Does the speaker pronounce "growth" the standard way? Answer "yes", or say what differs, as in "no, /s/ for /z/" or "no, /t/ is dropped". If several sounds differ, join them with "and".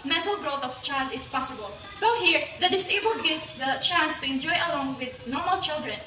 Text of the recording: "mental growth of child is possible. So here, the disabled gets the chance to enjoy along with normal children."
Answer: no, /t/ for /θ/